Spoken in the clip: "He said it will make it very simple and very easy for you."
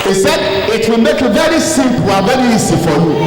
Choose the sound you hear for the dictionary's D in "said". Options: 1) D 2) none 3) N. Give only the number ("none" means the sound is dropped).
1